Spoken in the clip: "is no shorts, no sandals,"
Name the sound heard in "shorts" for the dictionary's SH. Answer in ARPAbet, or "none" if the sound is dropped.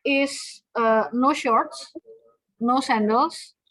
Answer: SH